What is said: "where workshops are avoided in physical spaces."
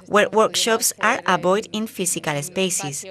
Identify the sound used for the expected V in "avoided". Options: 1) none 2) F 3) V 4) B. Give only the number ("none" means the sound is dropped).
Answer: 4